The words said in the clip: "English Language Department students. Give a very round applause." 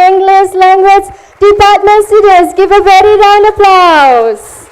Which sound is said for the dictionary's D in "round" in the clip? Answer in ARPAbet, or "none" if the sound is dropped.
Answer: none